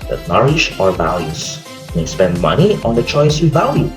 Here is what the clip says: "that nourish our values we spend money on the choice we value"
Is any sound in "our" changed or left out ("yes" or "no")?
no